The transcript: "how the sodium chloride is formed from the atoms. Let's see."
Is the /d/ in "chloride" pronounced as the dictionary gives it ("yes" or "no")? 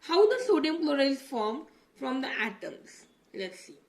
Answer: no